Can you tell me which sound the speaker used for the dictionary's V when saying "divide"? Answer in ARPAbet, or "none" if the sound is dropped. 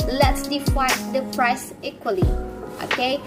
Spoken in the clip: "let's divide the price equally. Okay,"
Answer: F